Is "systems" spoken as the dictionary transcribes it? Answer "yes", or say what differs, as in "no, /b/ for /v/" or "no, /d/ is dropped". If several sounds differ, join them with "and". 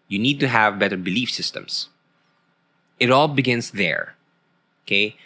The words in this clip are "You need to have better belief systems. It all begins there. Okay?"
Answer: no, /s/ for /z/